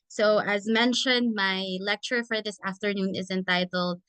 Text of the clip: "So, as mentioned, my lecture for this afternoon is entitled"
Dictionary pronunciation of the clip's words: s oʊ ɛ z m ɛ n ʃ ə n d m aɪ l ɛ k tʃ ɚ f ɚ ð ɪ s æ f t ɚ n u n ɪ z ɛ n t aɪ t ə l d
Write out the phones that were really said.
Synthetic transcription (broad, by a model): s oʊ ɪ z m ɛ n ʃ ə n d m aɪ l ɛ k tʃ ɚ f ɚ ð ɪ s æ f t ɚ n u n ɪ z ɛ n t aɪ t l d